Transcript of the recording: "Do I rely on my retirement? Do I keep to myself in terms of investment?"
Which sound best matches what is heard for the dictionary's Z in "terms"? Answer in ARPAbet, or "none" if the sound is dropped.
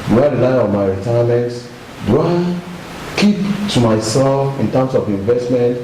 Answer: S